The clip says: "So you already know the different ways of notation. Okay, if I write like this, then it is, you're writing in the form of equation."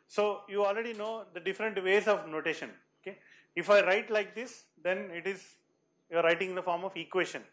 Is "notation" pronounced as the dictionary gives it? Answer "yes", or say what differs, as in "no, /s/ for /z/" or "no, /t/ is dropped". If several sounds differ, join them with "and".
yes